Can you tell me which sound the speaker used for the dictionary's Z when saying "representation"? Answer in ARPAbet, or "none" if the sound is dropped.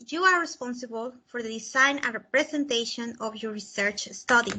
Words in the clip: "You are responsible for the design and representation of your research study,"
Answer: S